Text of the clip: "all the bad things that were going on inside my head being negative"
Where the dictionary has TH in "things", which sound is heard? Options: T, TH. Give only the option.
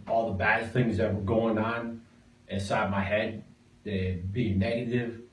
TH